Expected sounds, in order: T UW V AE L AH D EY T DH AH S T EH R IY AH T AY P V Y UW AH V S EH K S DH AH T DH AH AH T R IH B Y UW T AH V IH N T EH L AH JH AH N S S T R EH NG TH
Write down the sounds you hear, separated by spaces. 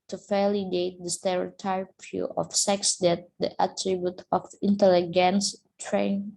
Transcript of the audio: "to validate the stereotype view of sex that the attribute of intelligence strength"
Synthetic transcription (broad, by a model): T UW F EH L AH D EY T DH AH S T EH R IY T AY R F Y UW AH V S EH K S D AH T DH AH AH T R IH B Y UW T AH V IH N T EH L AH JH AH N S S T R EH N